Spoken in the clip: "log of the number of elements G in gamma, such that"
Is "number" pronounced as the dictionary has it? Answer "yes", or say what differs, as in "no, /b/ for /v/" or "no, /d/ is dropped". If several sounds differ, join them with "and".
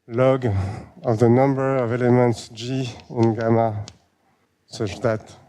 yes